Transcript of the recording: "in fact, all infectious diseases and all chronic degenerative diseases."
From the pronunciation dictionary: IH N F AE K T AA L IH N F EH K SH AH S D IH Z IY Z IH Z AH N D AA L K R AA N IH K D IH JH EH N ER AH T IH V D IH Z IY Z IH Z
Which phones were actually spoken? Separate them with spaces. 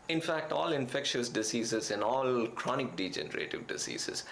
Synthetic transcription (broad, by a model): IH N F AE K T AA L IH N F EH K SH AH S D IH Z IY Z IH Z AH N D AA L K R AA N IH K D IH JH EH N ER AH T IH V D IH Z IY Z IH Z